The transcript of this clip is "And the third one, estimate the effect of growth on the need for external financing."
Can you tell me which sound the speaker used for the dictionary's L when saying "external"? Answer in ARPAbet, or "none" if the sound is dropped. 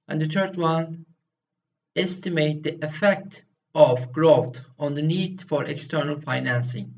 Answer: L